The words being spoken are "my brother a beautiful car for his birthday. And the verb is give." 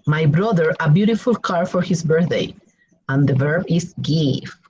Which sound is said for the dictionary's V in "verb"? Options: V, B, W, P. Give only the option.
V